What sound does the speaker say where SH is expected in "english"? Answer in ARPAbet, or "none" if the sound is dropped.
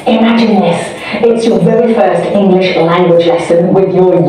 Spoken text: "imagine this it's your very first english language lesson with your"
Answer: SH